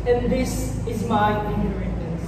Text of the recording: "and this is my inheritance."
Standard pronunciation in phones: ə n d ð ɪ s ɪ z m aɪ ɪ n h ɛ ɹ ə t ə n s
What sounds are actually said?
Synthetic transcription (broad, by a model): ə n ð ɪ s ɪ z m aɪ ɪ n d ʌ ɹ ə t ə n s